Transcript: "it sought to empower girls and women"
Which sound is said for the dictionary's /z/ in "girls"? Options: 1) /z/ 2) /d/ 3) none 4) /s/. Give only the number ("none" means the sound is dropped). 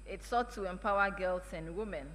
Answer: 4